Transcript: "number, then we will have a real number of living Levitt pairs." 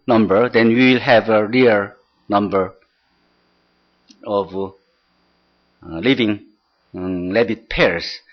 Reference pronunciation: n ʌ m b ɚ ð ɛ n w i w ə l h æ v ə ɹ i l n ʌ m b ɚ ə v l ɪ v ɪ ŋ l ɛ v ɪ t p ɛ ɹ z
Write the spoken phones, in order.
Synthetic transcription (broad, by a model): n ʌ m b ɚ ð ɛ n w i w ə l h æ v ə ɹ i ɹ n ʌ m b ɚ ə v l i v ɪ ŋ l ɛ b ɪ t p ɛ ɹ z